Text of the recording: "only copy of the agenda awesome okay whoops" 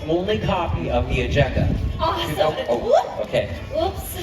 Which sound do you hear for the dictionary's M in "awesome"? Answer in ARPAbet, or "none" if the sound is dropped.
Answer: none